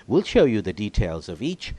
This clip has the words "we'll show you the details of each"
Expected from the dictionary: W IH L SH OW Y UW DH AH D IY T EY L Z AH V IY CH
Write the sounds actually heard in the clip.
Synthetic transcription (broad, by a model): W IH L SH OW Y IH DH AH D IY T EY L Z AH V IY CH